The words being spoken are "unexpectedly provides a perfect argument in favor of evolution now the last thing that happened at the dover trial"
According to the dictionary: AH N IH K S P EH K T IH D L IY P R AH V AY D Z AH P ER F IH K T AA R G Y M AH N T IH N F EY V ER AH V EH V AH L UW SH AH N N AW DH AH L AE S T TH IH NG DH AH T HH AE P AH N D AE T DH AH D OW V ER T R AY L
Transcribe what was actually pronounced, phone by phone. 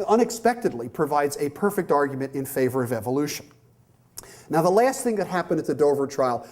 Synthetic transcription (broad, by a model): AH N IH K S P EH K T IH D L IY P R AH V AY D Z AH P ER F IH K T AA R G Y M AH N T IH N F EY V ER AH V EH V AH L UW SH AH N N AW DH AH L AE S T TH IH NG DH AH T HH AE P AH N D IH T DH AH D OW V ER T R AY L